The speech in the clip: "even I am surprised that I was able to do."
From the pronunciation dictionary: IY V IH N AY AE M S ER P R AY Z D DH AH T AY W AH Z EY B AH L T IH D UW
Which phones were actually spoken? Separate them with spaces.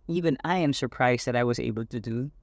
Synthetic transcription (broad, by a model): IY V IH N AY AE M S ER P R AY Z D DH AH T AY W AH Z EY B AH L T IH D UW